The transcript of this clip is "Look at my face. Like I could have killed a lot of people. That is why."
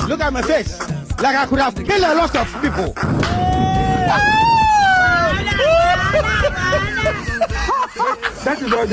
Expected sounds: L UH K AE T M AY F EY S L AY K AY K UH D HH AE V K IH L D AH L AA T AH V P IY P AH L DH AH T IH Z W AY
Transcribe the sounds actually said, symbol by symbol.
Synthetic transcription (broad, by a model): L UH K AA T M AY F EY S L AY K AY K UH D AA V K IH L AH L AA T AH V P IY P AH L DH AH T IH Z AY